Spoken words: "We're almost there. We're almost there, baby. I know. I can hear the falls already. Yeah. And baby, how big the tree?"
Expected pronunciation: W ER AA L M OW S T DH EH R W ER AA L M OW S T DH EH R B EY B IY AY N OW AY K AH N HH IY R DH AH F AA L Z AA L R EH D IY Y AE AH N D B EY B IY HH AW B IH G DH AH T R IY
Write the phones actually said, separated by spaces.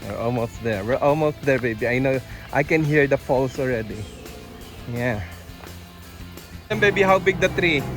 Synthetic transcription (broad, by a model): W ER AA L M OW S T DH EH R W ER AA L M OW S T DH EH R B EY B IY AY N OW AY K AH N HH IY R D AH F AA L S AA L R EH D IY Y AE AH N B EY B IY HH AW B IH G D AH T R IY